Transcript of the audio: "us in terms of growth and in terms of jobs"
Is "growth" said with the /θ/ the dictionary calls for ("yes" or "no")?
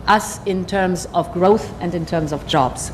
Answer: yes